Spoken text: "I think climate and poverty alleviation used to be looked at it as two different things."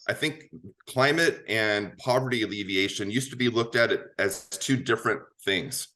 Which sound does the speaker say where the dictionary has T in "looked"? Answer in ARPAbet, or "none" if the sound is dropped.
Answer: T